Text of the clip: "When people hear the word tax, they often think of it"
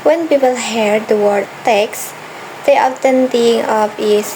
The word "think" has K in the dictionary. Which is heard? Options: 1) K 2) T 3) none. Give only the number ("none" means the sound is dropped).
3